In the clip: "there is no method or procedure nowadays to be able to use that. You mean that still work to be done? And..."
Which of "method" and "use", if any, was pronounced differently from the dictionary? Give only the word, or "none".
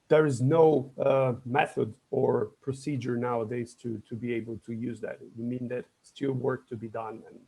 none